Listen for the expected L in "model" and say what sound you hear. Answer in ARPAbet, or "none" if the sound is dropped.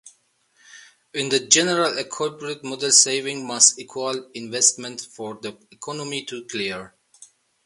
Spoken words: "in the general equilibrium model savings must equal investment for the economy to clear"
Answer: L